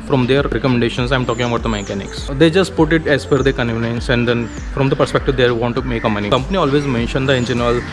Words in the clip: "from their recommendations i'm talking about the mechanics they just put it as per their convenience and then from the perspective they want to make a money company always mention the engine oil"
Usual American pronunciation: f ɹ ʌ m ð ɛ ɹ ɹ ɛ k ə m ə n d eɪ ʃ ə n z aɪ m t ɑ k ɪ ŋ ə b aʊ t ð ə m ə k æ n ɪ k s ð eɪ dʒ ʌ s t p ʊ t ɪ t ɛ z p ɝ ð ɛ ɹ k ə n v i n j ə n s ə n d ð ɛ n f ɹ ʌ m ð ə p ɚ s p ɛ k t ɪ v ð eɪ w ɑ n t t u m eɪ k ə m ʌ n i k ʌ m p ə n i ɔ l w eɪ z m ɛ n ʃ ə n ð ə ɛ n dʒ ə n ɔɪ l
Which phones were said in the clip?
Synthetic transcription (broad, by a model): f ɹ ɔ m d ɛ ɹ ɹ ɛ k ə m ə n d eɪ ʃ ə n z aɪ m t ɑ k ɪ ŋ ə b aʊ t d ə m ə k æ n ɪ k s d eɪ dʒ ʌ s t p ʊ t ɪ t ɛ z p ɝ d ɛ k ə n i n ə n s ə n d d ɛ n f ɹ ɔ m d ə p ɚ s p ɛ k t ɪ v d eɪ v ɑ n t t u m eɪ k ə m ʌ n i k ʌ m p ə n i ɔ l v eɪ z m ɛ n ʃ ə n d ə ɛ n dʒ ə n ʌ l